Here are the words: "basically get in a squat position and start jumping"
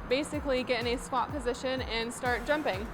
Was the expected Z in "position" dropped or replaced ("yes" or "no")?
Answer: no